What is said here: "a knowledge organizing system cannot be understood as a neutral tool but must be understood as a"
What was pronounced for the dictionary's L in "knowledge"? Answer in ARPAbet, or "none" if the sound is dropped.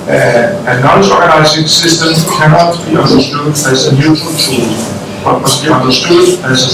none